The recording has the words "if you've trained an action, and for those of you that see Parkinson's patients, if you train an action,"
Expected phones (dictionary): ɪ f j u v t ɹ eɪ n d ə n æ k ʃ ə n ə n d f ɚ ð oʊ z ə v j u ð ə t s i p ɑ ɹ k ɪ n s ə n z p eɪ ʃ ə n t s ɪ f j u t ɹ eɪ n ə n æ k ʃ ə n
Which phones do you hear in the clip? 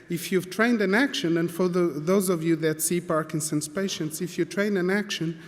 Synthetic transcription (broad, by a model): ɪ f j u v t ɹ eɪ n d ə n æ k ʃ ə n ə n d f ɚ ð oʊ z ə v j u ð ə t s i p ɑ ɹ k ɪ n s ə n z p eɪ ʃ ə n t s ɪ f j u t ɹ eɪ n ə n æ k ʃ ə n